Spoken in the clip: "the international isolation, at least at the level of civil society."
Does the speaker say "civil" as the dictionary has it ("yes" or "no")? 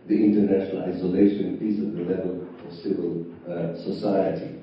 yes